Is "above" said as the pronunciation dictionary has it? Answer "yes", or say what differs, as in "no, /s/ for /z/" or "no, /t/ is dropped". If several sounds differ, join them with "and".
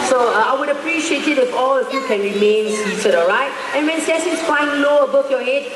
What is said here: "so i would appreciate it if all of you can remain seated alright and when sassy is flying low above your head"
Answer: no, /f/ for /v/